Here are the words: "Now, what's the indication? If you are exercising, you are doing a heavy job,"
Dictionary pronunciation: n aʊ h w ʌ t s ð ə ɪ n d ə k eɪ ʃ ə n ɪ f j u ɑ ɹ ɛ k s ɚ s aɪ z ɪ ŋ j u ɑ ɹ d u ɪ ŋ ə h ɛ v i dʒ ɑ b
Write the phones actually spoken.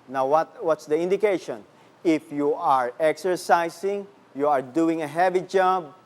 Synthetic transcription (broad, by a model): n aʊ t w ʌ t s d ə ɪ n d ə k eɪ ʃ ə n ɪ f j u ɑ ɹ ɛ k s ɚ s aɪ s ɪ ŋ j u ɑ ɹ d u ɪ ŋ ə h ɛ v i dʒ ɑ b